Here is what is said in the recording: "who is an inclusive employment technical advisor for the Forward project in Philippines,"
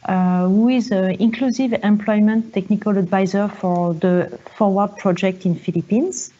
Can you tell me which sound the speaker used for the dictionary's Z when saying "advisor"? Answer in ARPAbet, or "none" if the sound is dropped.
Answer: Z